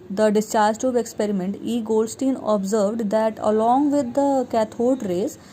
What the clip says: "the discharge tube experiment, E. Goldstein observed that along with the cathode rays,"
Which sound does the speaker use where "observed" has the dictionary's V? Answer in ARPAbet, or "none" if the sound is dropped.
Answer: V